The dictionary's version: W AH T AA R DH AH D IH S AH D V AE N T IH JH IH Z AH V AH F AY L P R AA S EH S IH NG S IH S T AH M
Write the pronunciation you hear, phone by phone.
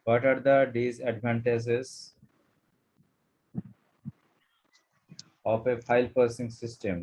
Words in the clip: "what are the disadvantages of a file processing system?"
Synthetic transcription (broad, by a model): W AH T AA R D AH D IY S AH D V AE N T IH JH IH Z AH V AH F AY L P AH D S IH NG S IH S T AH M